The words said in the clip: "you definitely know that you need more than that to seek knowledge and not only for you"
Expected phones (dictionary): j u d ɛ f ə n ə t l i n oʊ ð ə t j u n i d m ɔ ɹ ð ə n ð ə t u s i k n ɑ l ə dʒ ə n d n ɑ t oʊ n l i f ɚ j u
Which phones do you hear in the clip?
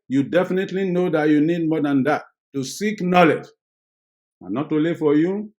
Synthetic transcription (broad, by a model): j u d ɛ f ə n ə t l i n oʊ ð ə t j u n i d m ɔ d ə n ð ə t u s i k n ɑ l ə dʒ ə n n ɑ t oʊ l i f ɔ j u